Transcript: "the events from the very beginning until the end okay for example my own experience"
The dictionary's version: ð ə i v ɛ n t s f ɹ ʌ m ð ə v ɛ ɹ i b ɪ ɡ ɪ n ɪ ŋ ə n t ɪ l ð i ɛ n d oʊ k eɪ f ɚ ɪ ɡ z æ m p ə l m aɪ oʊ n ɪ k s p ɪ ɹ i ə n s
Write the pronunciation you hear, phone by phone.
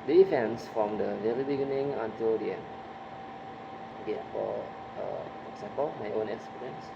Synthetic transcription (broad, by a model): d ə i f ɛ n s f ɹ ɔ m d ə v ɛ ɹ i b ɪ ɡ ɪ n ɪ ŋ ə n t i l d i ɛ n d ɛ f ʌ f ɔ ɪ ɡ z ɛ m p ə l m aɪ oʊ n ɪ k s p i ɹ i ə n s